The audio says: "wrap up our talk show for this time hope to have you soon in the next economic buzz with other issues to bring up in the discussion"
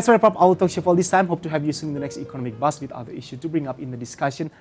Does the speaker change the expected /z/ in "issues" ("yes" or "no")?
yes